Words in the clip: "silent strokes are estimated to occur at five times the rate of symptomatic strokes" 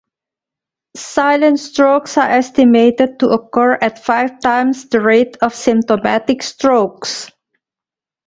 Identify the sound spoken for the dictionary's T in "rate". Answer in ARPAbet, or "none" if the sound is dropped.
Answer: T